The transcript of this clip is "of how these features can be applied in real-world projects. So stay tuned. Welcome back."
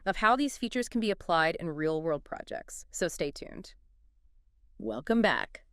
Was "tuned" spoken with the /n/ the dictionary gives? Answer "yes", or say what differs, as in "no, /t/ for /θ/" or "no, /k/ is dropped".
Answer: yes